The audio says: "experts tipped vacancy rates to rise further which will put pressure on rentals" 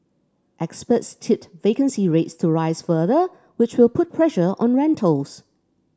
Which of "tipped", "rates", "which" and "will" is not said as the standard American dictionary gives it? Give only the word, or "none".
tipped